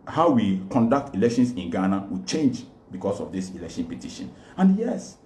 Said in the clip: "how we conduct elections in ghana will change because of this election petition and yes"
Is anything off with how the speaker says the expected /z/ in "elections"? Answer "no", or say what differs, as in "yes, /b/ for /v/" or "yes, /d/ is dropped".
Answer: yes, /s/ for /z/